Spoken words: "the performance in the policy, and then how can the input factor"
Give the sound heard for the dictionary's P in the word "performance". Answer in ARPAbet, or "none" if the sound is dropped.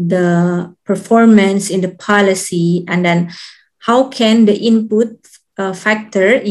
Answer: P